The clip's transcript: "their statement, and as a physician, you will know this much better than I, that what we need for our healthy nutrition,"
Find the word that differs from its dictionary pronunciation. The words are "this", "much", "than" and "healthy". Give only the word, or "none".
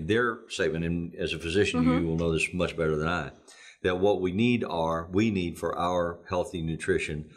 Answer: none